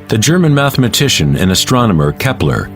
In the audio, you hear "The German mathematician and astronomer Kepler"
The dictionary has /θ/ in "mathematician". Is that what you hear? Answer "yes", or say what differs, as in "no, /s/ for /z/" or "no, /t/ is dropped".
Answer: yes